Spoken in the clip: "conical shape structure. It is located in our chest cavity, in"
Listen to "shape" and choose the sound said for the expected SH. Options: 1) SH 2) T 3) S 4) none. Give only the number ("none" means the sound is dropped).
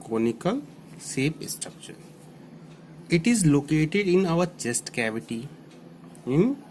3